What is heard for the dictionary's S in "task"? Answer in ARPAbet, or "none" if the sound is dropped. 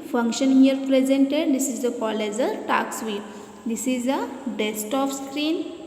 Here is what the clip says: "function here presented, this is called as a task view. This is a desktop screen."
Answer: none